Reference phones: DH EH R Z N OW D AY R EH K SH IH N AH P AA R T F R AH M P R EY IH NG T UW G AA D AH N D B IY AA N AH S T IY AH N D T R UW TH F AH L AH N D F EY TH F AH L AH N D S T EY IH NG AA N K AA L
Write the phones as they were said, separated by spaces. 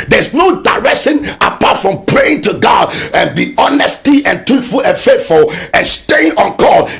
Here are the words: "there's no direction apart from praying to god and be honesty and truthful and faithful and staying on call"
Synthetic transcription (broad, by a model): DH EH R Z N OW D AY R EH K SH IH N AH P AA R T F R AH M P R EY IH NG T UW G AA D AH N B IY AA N AH S T IY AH N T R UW F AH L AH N F EY T F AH L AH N S T EY IH NG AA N K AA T